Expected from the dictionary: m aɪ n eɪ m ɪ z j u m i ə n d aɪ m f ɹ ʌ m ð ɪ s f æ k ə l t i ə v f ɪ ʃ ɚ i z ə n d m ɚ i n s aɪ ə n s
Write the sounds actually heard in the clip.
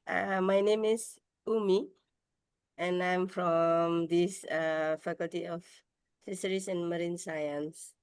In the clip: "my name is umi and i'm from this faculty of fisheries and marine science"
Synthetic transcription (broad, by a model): m aɪ n eɪ m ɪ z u m i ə n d aɪ m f ɹ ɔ m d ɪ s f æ k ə l t i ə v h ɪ s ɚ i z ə n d m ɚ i n s aɪ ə n s